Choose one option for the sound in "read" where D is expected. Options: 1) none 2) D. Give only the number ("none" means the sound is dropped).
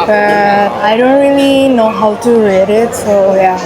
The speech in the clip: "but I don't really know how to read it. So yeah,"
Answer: 2